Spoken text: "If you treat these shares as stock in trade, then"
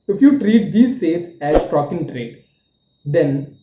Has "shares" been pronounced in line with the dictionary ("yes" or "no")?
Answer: no